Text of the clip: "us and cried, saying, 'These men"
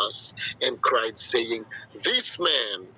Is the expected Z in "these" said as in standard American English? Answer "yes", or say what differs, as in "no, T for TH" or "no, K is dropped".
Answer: no, S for Z